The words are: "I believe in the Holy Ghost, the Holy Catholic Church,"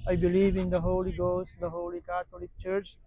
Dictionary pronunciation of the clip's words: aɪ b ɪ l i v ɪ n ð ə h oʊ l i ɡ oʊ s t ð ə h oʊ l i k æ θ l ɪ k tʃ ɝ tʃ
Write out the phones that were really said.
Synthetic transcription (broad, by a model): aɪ b ɪ l i v ɪ n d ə h oʊ l i ɡ oʊ s t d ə h oʊ l i k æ t l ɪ k tʃ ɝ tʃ